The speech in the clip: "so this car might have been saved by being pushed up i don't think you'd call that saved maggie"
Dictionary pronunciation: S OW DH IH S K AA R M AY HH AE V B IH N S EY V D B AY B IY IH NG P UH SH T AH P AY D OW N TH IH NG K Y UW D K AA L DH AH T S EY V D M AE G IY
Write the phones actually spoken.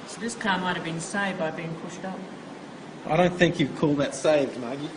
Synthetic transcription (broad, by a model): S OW DH IH S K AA M AY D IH V B IH N S EY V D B AY B IY IH NG P UH SH T AH P AY D OW N TH IH NG K Y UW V K AA L DH AH T S EY V D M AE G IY